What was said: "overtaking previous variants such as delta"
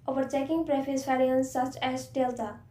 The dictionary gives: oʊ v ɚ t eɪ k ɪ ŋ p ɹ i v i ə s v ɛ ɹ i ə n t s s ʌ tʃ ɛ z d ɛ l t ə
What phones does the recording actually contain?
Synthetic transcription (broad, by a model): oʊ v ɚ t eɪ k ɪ ŋ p ɹ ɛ f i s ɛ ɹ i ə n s s ʌ tʃ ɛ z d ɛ l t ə